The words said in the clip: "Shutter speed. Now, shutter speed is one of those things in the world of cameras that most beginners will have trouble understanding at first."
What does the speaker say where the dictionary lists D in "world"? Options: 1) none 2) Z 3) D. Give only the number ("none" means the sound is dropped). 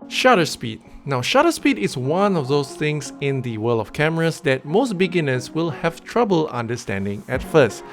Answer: 1